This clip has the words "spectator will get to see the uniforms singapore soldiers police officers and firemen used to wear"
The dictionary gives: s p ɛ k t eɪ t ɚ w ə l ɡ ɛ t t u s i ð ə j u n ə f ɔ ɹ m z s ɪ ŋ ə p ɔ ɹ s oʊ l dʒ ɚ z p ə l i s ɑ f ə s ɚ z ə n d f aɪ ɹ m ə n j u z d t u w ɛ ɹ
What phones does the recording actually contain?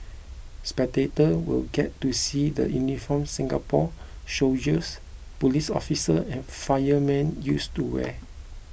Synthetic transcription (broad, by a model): s p ɛ k t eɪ t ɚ w ə l ɡ ɛ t t u s i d ə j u n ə f ɔ m s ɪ ŋ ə p ɔ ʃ oʊ dʒ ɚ s p ə l i s ɑ f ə s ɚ ə n f aɪ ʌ m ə n j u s t u w ɛ